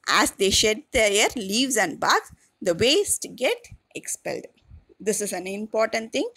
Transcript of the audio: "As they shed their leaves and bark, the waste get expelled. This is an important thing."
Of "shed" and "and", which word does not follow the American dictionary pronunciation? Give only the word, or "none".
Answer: none